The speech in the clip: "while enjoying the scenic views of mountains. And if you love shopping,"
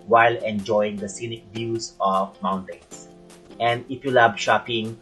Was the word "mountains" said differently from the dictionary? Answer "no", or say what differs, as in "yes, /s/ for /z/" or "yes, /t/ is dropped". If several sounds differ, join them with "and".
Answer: yes, /s/ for /z/